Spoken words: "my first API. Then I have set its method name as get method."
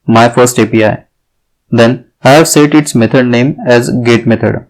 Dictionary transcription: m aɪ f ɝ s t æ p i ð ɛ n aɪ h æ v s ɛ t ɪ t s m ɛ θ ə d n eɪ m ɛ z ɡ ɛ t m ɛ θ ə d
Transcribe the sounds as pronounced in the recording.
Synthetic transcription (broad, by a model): m aɪ f ɝ s t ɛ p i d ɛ n aɪ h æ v s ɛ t ɪ t s m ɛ t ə d n eɪ m ɛ z ɡ ɛ t m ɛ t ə d